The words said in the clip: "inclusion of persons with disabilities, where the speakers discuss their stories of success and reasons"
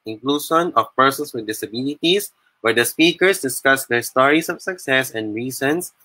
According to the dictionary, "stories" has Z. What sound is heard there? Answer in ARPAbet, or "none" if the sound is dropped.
S